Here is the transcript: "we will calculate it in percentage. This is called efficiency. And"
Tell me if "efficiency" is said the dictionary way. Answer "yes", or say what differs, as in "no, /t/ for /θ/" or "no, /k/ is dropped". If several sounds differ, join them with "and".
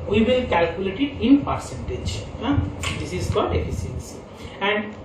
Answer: no, /s/ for /ʃ/